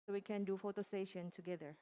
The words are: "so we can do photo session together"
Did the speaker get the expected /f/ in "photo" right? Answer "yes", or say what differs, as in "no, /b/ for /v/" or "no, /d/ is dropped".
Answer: yes